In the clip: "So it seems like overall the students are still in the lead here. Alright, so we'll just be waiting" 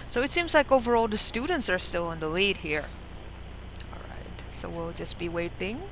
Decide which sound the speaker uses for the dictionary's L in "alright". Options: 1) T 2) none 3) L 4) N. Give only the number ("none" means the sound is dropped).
3